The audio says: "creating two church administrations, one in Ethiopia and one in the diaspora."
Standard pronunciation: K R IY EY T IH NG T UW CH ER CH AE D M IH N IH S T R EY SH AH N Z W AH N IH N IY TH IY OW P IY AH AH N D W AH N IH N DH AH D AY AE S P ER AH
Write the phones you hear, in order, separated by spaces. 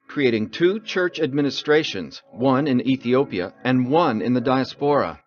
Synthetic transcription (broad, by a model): K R IY EY T IH NG T UW CH ER CH AE D M IH N IH S T R EY SH AH N Z W AH N IH N IY TH IY OW P IY AH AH N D W AH N IH N DH AH D AY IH S P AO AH